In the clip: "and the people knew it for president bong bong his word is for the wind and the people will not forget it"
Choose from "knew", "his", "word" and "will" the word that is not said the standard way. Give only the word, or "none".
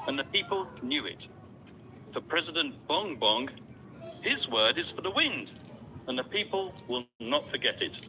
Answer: none